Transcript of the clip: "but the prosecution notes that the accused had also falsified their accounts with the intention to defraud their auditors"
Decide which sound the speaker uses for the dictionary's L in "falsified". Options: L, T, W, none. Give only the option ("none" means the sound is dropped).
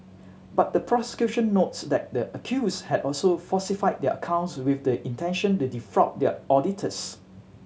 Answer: none